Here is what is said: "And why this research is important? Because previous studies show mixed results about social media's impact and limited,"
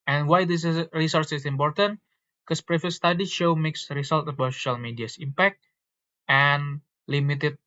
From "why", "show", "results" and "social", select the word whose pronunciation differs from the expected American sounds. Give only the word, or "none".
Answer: results